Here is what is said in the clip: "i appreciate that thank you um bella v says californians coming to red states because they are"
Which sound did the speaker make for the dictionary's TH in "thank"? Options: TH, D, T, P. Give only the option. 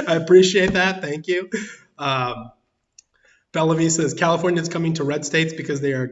TH